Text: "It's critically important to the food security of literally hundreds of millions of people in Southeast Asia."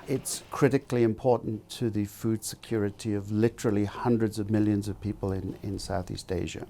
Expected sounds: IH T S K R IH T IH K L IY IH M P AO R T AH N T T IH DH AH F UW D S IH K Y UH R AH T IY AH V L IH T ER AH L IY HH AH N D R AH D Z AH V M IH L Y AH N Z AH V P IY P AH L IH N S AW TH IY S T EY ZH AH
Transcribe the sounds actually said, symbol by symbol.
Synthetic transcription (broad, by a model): IH T S K R IH T IH K L IY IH M P AO R T N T T IH DH AH F UW D S IH K Y UH R AH T IY AH V L IH T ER L IY HH AH N D R AH D Z AH V M IH L Y AH N Z AH V P IY P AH L IH N S AW TH IY S T EY ZH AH